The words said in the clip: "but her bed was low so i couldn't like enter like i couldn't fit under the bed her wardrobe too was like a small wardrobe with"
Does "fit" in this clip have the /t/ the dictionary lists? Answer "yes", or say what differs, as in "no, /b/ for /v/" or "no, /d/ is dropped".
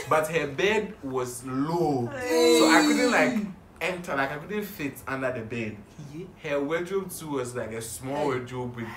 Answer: yes